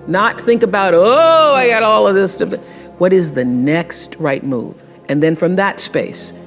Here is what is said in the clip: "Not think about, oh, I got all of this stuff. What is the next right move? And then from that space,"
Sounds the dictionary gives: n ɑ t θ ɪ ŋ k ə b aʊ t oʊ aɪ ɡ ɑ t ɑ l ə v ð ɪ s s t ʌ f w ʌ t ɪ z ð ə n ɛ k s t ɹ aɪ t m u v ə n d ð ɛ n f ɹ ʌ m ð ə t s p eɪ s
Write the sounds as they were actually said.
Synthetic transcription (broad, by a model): n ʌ t θ ɪ ŋ k ə b aʊ t oʊ aɪ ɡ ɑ t ɑ l ə v ð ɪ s s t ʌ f w ʌ t ɪ z ð ə n ɛ k s t ɹ aɪ t m u v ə n ð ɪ n f ɹ ʌ m ð ə t s p eɪ s